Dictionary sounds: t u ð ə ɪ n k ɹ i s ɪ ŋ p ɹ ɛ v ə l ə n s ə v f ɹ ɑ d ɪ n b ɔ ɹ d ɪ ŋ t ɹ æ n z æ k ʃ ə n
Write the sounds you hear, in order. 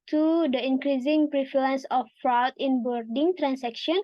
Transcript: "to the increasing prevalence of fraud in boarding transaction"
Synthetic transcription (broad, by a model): t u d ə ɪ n k ɹ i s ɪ ŋ p ɹ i f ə l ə n s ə f ɹ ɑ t ɪ n b ɔ ɹ d ɪ ŋ t ɹ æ n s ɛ k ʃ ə n